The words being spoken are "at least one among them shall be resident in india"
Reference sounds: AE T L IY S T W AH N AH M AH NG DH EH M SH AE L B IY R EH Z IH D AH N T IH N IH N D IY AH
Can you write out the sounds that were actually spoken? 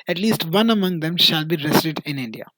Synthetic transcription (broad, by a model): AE T L IY S T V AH N AH M AH NG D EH M SH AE L B IY R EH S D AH T IH N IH N D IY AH